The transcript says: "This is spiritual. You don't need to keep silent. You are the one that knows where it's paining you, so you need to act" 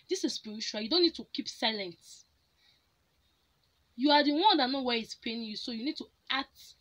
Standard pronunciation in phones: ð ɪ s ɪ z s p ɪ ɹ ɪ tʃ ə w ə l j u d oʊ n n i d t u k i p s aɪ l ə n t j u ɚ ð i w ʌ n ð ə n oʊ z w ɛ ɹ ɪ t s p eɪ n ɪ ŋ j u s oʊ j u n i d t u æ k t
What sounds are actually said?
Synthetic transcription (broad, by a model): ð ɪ s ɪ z s p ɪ ɹ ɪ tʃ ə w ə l j u d oʊ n n i d t u k i p s aɪ l ə n t j u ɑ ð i w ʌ n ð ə n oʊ w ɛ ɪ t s p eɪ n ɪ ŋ j u s oʊ j u n i d t u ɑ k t